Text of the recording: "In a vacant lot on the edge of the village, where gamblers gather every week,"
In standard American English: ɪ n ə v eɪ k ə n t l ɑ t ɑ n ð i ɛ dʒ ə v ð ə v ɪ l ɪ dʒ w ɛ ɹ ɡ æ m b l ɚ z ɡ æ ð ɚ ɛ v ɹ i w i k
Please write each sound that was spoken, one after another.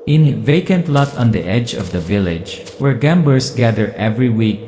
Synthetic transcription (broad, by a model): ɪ n v eɪ k ə n t l ɑ t ɑ n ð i ɛ dʒ ə v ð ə v ɪ l ɪ dʒ w ɛ ɹ ɡ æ m b ɚ s ɡ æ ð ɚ ɛ v ɹ i w i k